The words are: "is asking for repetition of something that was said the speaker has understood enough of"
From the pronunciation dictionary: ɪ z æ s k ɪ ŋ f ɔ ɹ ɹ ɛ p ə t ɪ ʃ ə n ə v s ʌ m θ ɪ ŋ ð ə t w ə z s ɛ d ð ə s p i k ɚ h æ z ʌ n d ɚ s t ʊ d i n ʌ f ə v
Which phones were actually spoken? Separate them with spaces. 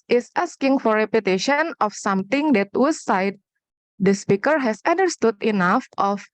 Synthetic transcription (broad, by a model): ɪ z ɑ s k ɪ ŋ f ɔ ɹ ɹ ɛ p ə t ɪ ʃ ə n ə f s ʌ m t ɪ ŋ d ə t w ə s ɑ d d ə s p i k ɚ h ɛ s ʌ n d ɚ s t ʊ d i n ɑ f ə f